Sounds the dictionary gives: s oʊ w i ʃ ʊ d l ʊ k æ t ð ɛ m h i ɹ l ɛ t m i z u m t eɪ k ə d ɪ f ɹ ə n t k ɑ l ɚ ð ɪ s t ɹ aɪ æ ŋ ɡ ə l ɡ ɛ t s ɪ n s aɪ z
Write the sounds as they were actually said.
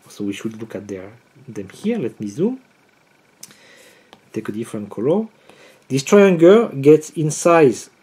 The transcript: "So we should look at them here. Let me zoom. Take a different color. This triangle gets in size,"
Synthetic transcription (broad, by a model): s oʊ w i ʃ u d l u k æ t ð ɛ m h i ɹ l ɛ t m i z u m t eɪ k ə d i f ɹ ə n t k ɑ l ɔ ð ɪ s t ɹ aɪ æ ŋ ɡ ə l ɡ ɛ t s ɪ n s aɪ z